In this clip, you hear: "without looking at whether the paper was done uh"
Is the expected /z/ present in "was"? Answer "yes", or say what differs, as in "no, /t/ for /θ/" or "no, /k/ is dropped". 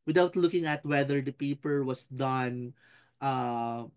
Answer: no, /s/ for /z/